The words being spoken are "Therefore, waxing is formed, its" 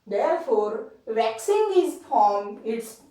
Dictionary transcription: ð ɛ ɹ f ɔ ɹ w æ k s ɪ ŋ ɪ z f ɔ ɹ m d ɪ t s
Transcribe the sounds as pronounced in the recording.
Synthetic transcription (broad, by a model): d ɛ ɹ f ɔ ɹ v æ k s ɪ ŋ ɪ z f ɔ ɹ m ɪ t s